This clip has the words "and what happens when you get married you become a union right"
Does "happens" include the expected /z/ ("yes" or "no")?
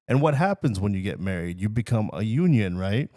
yes